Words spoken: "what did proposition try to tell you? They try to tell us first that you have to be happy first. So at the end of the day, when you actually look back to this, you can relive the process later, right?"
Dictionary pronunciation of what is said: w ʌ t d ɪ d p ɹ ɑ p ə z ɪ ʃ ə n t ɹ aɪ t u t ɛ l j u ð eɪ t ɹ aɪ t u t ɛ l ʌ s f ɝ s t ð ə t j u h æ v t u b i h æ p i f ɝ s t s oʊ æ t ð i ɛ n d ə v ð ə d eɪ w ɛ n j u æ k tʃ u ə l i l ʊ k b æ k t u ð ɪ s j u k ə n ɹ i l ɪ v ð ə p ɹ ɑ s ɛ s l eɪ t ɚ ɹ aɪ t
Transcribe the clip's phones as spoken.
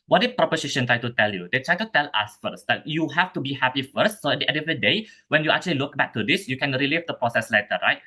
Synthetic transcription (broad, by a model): w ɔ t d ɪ p ɹ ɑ p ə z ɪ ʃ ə n t ɹ aɪ t u t ɛ l j u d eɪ t ɹ aɪ t u t ɛ l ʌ s f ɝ s t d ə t j u h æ f t u b i h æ p i f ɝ s t s oʊ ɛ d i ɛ d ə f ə d eɪ w ɛ n j u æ k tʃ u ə l i l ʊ k b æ k t u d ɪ s j u k ə n ɹ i l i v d ə p ɹ ɑ s ɛ s l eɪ t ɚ ɹ aɪ t